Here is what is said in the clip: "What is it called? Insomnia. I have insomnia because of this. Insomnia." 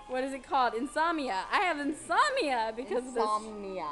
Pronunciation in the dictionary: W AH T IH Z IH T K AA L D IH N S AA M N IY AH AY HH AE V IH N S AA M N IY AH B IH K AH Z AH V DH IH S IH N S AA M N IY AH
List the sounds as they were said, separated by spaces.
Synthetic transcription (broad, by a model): W AH T IH Z IH T K AA L D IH N S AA M IY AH AY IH V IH N S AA M IY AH B IH K AH Z AH V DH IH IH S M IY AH